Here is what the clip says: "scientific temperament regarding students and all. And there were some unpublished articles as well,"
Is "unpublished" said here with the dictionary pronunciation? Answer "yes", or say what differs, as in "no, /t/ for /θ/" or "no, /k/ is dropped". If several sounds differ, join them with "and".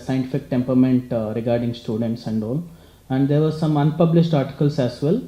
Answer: yes